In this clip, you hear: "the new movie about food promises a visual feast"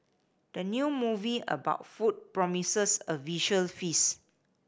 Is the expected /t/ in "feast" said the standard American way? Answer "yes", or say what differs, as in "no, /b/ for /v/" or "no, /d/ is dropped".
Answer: no, /t/ is dropped